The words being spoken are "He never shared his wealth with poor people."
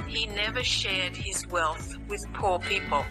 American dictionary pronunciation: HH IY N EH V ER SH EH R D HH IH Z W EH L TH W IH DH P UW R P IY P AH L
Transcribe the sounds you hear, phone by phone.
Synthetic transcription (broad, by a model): HH IY N EH V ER SH EH R D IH Z W EH L TH W IH DH P UW R P IY P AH L